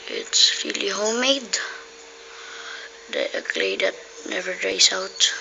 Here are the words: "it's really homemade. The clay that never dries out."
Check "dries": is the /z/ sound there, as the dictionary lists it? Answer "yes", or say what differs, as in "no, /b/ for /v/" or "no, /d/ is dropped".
no, /s/ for /z/